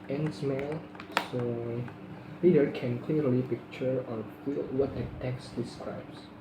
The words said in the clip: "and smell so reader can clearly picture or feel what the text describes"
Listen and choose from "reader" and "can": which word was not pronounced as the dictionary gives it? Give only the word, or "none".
reader